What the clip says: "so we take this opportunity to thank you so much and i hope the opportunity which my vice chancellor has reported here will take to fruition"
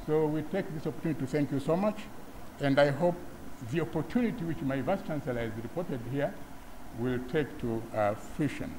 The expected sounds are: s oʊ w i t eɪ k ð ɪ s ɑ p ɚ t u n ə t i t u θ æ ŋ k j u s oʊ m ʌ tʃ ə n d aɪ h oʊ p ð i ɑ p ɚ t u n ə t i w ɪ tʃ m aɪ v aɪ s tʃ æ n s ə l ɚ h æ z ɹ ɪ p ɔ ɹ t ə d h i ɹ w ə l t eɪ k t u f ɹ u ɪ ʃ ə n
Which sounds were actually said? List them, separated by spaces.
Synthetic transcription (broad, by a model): s oʊ w i t eɪ k ð ɪ s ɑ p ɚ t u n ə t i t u θ æ ŋ k j u s oʊ m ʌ tʃ ə n d aɪ h oʊ p ð i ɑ p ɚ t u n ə t i w ɪ tʃ m aɪ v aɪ s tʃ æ n s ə l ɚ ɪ z ɹ ɪ p ɔ ɹ t ə d h i ɹ w ə l t eɪ k t u f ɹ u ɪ ʃ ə n